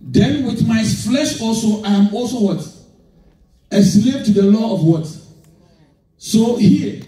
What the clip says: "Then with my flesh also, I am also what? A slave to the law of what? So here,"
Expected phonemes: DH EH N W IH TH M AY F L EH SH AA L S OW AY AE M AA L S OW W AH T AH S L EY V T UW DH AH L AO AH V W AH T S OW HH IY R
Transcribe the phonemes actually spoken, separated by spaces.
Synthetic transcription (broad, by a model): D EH N W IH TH M AY F L EH SH AA L S OW AY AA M AA L S OW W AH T AH S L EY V T UW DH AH L AO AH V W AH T S OW HH IY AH